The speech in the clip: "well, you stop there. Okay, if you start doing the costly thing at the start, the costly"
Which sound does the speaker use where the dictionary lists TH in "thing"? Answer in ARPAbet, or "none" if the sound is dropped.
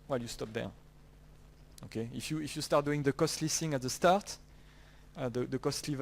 S